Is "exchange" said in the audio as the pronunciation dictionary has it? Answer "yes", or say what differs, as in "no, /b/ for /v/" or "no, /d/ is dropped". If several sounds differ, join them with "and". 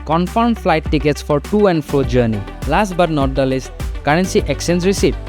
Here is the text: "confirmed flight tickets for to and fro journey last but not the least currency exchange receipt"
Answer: no, /tʃ/ is dropped